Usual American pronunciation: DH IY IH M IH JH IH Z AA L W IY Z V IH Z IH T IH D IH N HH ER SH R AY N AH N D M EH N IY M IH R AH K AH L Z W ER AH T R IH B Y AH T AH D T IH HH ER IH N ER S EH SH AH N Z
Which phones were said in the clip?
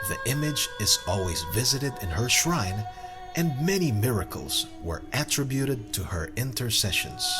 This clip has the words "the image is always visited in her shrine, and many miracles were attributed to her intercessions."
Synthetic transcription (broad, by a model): DH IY IH M IH JH IH Z AA L W IY Z V IH Z IH T IH D IH N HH ER SH R AY N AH N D M EH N IY M IH R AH K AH L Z W ER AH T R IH B Y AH T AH D T IH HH ER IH N ER S EH SH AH N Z